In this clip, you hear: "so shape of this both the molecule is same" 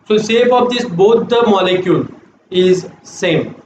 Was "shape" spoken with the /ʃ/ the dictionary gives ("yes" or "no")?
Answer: no